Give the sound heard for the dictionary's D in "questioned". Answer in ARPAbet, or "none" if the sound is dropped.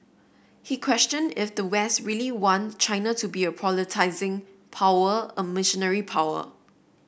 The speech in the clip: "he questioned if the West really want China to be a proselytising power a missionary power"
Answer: D